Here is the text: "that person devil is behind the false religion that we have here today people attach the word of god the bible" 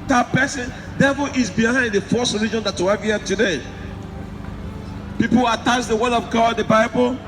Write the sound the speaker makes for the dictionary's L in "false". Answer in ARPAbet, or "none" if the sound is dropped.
none